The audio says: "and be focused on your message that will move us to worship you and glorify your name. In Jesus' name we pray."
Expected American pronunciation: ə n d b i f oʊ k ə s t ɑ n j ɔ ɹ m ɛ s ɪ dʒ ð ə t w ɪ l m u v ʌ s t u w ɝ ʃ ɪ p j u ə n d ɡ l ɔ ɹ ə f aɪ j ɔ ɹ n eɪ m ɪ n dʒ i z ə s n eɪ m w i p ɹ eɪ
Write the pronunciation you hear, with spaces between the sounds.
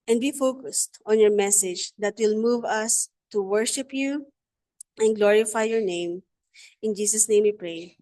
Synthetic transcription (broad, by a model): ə n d b i f oʊ k ə s t ɑ n j ɔ ɹ m ɛ s ɪ dʒ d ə t w ɪ l m u v ʌ s t u w ɝ ʃ ɪ p j u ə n ɡ l ɔ ɹ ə f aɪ j ɔ ɹ n eɪ m ɪ n dʒ i s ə s n eɪ m w i p ɹ eɪ